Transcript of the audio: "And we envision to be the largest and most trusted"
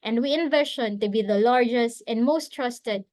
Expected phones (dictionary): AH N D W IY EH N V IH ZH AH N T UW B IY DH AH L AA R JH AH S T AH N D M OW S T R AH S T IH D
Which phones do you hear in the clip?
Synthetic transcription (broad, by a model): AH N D W IY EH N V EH SH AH N T UW B IY DH AH L AA R JH AH S T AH N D M OW S T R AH S T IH D